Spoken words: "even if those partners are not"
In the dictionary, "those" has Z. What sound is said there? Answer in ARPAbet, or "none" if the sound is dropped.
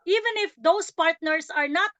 S